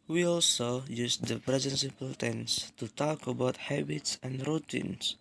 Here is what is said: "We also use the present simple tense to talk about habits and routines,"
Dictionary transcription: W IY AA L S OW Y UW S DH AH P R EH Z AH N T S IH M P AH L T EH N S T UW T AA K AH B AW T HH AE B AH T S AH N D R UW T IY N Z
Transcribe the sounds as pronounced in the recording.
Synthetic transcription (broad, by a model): W IY AA L S OW Y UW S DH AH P R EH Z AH N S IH P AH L T EH N S T UW T AA K AH B AW T HH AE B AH T S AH N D R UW T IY N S